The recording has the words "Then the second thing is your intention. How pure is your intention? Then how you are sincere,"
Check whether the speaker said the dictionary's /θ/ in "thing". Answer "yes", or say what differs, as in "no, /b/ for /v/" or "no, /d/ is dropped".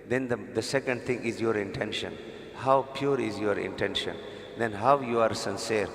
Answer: no, /t/ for /θ/